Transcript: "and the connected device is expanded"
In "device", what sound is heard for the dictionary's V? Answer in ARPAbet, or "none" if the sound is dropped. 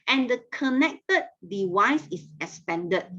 W